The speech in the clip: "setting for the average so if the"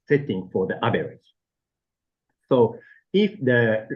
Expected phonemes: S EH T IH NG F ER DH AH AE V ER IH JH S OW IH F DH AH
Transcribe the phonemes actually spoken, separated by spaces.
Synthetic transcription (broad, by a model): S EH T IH NG F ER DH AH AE B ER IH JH S OW IH F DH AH